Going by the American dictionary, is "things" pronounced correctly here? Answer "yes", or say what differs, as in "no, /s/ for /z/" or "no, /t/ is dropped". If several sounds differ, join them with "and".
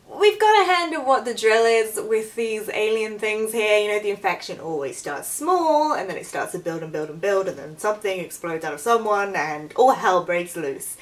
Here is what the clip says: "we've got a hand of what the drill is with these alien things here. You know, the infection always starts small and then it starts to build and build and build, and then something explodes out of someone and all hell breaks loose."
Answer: yes